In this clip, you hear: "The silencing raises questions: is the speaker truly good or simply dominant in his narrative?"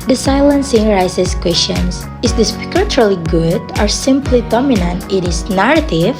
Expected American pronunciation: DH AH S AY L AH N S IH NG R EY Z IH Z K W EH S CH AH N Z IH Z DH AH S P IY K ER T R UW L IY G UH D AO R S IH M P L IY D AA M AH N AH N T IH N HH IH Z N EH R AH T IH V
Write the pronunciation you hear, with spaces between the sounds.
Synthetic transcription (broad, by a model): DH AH S AY L AH N S IH NG R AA S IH S K W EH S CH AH N S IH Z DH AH S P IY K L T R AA L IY G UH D AO R S IH M P L IY D AA M AH N AH N T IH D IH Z N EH R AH T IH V